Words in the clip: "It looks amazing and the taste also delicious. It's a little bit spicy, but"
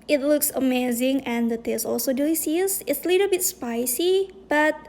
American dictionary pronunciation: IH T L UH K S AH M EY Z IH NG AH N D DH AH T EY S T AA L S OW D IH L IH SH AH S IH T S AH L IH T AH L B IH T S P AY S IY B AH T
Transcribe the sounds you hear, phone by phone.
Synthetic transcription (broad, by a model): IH T L UH K S AH M EY Z IH NG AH N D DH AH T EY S AA L S OW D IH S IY AH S IH T S AH L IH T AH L B IH T S P AY S IY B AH T